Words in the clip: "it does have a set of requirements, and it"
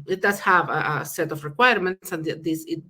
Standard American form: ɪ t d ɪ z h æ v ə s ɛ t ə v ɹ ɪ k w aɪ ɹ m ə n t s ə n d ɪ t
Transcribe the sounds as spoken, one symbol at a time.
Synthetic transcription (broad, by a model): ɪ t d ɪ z h æ v ə s ɛ t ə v ɹ ɪ k w aɪ ɹ m ə n t s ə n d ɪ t